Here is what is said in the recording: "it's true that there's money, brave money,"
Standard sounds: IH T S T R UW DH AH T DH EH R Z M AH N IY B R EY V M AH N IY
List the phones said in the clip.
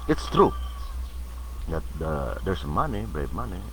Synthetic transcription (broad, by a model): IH T S T R UW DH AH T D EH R S M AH N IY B R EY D M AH N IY